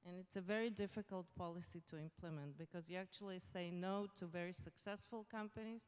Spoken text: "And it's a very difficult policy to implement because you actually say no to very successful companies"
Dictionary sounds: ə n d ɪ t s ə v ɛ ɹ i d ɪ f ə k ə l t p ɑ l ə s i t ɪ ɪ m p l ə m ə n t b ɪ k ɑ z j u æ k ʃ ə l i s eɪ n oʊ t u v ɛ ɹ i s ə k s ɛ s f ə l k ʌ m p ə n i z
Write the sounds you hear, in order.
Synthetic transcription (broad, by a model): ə n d ɪ t s ə v ɛ ɹ i d ɪ f ə k ə l t p ɑ l ə s i t ɪ ɪ m p l ə m ə n t b ɪ k ɑ z j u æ k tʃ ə l i s eɪ n oʊ t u v ɛ ɹ i s ə k s ɛ s f ə l k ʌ m p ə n i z